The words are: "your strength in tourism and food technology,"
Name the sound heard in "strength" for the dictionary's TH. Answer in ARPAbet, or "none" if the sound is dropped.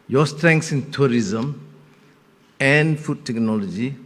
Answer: S